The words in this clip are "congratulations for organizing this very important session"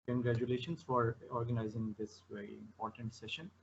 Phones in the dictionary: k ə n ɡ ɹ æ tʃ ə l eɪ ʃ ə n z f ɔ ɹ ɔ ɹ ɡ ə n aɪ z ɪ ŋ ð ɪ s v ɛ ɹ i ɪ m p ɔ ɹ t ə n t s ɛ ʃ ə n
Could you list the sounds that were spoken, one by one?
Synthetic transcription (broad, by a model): k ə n ɡ ɹ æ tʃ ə l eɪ ʃ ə n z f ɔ ɹ ɔ ɹ ɡ ə n aɪ z ɪ ŋ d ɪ s v ɛ ɹ i ɪ m p ɔ ɹ t ə n t s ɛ ʃ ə n